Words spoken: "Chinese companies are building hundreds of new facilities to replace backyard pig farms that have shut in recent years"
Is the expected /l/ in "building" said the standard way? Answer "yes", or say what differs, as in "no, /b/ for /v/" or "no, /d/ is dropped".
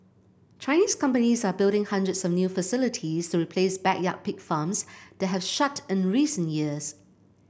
yes